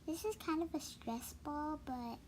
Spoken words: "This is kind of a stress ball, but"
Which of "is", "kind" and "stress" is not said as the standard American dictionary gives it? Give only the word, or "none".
is